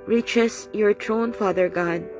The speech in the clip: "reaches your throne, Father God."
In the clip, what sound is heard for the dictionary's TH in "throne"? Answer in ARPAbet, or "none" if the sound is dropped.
T